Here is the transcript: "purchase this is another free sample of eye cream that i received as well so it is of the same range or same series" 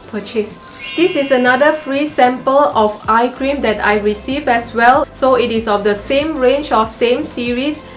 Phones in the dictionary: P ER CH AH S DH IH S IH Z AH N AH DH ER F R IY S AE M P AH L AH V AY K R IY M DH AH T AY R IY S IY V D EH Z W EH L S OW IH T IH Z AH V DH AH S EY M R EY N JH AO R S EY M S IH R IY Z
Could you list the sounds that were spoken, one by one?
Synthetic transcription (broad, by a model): P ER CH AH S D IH S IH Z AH N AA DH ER F R IY S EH M P AH L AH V AY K R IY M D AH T AY R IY S IY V EH S W EH L S OW IH T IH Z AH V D AH S EY M R EY N JH AO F S EY M S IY R IY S